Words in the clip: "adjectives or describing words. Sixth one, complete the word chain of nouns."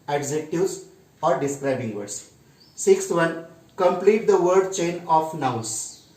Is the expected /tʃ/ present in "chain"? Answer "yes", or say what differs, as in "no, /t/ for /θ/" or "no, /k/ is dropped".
yes